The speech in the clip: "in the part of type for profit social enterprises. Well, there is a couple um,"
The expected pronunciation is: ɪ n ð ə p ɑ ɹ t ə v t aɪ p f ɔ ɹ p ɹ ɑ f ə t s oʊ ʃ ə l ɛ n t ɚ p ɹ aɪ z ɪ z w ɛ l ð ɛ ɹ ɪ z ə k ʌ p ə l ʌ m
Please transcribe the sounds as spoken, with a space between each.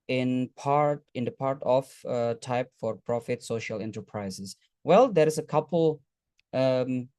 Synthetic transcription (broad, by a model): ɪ n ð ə p ɑ ɹ t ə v t aɪ p f ɔ ɹ p ɹ ɑ f ə t s oʊ ʃ ə l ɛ n t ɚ p ɹ aɪ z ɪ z w ɛ l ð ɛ ɹ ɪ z ə k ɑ p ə l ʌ m